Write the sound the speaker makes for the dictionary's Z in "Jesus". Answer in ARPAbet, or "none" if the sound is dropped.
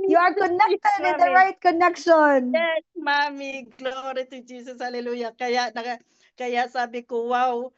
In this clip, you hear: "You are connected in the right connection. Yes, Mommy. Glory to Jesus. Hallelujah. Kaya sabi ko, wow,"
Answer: S